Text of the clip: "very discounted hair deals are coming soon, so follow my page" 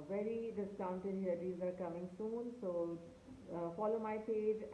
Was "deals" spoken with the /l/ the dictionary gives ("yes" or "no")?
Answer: no